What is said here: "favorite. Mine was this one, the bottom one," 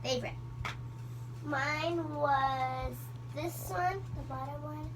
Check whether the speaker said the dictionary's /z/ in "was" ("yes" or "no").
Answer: yes